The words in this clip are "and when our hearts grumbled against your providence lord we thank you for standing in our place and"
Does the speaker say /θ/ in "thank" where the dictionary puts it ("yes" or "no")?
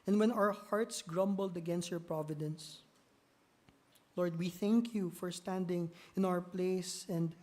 yes